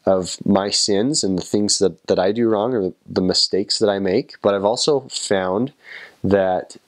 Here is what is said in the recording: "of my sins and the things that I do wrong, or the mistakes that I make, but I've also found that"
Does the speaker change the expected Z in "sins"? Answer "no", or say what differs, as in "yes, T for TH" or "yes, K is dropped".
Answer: no